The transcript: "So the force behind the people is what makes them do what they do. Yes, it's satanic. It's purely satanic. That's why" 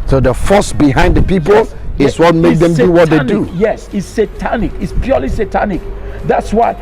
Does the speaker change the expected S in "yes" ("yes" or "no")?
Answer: no